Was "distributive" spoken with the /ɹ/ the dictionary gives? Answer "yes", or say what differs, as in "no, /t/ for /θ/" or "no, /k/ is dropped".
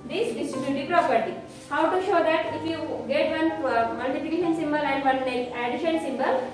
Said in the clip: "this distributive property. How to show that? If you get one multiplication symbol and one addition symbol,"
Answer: no, /ɹ/ is dropped